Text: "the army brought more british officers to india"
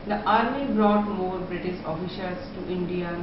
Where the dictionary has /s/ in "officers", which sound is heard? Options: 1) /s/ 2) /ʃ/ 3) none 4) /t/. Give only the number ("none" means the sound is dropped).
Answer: 2